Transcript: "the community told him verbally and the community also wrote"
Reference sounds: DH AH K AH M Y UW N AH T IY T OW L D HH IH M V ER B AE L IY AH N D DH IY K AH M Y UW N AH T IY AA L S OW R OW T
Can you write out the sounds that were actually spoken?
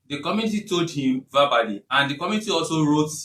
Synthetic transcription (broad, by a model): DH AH K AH M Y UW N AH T IY T OW L D HH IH M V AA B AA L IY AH N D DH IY K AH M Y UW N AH T IY AA L S OW R OW T